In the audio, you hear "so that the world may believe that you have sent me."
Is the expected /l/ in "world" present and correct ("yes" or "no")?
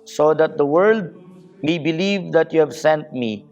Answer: yes